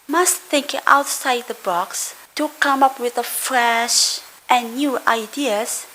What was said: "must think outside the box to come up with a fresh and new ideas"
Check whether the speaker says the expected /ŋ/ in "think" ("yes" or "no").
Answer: yes